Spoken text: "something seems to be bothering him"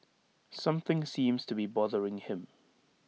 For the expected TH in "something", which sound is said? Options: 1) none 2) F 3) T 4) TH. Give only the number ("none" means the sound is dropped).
4